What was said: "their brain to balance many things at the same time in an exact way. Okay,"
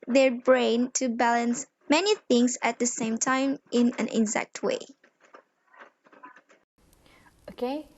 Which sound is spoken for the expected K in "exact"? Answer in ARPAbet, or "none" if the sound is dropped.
K